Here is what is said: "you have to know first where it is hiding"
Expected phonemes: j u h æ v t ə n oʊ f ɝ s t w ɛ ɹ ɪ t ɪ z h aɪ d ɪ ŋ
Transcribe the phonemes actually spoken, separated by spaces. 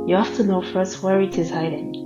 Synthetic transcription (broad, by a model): j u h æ f t ə n oʊ f ɝ s t w ɛ ɹ ɪ t ɪ z h aɪ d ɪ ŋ